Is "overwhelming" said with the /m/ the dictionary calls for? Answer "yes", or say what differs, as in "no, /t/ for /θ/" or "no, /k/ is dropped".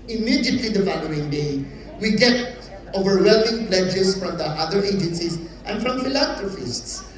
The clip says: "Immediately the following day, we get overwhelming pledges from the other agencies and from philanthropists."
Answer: no, /m/ is dropped